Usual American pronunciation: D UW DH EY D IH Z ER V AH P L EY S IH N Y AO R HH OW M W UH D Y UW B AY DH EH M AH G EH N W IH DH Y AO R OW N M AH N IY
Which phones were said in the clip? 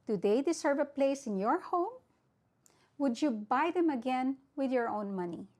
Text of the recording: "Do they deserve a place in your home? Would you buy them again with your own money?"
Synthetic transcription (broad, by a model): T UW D EY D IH S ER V AH P L EY S IH N Y AO R HH OW M W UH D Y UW B AY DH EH M AH G EH N W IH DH Y AO R OW N M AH N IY